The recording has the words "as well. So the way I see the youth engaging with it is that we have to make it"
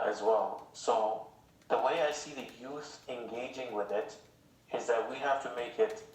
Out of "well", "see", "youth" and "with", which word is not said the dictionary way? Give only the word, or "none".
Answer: none